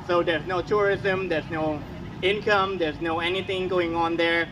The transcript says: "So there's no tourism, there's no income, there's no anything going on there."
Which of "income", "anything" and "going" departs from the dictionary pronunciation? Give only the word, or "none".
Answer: none